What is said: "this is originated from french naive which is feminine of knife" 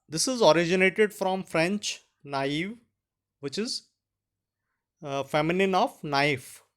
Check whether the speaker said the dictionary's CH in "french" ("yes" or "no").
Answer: yes